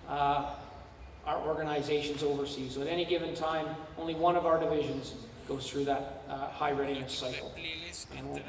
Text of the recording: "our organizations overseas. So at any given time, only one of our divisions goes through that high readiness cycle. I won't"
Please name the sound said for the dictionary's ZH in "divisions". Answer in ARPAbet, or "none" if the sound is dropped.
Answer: ZH